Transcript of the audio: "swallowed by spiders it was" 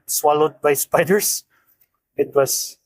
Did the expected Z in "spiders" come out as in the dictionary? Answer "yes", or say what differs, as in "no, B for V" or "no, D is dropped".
no, S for Z